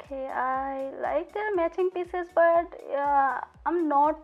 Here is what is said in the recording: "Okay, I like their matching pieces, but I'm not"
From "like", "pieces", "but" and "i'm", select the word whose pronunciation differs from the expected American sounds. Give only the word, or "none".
none